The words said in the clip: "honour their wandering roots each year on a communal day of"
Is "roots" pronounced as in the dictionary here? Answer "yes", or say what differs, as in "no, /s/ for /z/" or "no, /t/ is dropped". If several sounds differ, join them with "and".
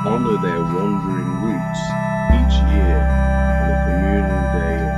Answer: no, /w/ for /ɹ/